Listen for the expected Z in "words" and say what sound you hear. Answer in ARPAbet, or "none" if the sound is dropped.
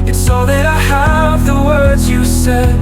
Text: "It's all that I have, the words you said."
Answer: Z